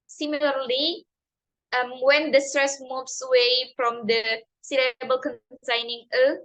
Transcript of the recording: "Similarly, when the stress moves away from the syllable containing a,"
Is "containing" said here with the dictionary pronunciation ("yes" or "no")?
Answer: no